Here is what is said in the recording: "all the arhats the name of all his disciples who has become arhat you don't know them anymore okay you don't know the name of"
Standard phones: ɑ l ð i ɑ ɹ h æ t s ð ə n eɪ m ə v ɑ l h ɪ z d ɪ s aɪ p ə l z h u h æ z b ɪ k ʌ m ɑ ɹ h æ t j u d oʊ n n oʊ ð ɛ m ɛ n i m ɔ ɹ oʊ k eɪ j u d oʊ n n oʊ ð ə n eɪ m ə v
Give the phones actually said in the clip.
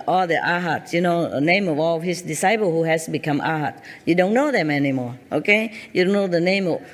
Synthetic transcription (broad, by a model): ɑ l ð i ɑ h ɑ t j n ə n eɪ m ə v ɑ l h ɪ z d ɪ s aɪ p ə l h u h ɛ s b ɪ k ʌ m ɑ h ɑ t j u d oʊ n n oʊ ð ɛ m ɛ n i m ɔ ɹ oʊ k eɪ j u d oʊ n n oʊ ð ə n eɪ m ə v